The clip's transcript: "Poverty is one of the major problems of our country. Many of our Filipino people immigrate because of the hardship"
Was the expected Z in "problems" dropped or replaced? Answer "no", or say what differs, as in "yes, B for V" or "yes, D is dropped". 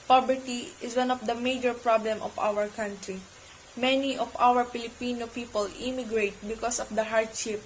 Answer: yes, Z is dropped